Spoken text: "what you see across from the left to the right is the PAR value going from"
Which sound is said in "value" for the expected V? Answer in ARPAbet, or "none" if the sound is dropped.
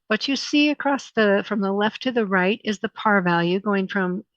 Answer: V